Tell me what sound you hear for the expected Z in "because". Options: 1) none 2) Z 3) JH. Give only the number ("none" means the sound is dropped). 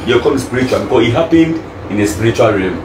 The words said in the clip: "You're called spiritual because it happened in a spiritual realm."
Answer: 1